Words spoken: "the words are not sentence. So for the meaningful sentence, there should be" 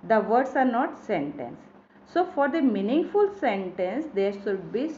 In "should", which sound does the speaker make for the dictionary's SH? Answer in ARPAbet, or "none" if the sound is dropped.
S